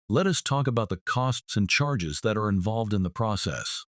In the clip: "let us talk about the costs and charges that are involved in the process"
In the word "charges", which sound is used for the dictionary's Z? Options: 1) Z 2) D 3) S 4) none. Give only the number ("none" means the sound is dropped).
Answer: 1